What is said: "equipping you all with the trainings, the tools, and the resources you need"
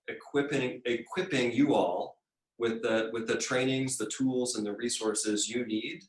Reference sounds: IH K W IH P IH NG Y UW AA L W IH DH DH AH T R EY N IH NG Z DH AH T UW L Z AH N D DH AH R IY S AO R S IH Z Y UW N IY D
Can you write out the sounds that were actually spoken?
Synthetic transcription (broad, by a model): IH K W IH P IH NG Y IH AA L W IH DH DH AH T R EY N IH NG Z DH AH T UW L Z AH N DH AH R IY S AO R S IH Z Y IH N IY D